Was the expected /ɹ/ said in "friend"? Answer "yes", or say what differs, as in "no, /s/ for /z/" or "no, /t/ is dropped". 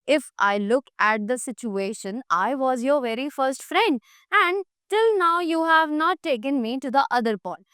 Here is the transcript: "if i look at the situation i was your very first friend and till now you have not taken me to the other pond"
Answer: yes